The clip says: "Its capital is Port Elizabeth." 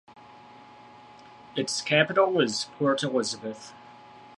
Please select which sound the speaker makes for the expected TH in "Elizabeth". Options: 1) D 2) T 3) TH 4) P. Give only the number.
3